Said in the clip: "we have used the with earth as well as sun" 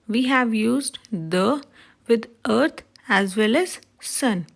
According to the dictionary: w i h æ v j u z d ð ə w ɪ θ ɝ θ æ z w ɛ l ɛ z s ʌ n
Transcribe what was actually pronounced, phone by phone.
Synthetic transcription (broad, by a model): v i h æ v j u z d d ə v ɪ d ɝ t æ z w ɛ l ɛ z s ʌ n